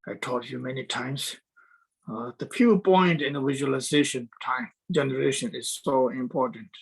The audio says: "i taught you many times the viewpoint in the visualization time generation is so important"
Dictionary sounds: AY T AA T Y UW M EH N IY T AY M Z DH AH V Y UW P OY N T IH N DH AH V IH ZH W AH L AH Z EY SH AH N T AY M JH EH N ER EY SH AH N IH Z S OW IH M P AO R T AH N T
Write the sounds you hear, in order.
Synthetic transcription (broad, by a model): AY T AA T Y UW M EH N IY T AY M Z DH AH P Y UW P OY N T IH N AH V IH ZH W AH L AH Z EY SH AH N T AY M JH EH N ER EY SH AH N IH Z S OW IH M P AO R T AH N T